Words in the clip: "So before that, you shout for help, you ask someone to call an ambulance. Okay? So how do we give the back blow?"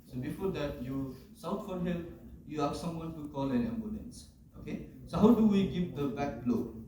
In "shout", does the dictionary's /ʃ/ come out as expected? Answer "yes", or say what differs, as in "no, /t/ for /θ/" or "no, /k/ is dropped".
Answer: no, /s/ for /ʃ/